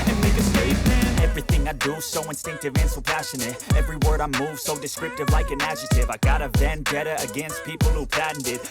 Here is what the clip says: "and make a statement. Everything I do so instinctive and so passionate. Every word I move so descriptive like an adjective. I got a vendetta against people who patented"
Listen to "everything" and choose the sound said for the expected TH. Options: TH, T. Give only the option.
TH